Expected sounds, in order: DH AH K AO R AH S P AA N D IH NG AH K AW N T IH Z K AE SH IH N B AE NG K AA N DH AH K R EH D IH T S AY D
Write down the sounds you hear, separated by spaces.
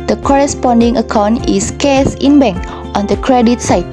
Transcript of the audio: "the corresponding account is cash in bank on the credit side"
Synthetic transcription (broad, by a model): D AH K AO R AH S P AA N D IH NG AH K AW N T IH S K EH S IH N B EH NG K AA N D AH K R EH D IH T S AY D